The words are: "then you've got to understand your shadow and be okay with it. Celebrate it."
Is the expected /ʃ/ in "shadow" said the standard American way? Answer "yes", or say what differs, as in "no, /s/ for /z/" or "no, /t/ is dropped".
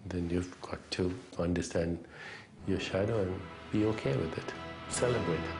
yes